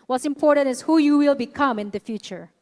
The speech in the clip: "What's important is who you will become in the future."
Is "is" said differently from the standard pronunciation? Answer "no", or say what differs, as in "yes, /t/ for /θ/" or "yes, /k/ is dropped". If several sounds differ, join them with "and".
yes, /s/ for /z/